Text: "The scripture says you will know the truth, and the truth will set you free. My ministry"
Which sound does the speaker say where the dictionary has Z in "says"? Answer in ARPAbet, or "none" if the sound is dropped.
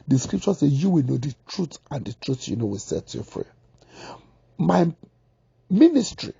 none